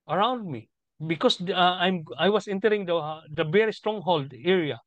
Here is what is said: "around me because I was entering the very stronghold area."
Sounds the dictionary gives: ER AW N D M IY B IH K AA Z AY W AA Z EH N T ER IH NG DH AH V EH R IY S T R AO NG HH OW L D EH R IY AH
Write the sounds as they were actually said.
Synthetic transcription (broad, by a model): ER AW N D M IY B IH K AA S AY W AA S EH N T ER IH NG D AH V EH R IY S T R AO NG HH OW L D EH R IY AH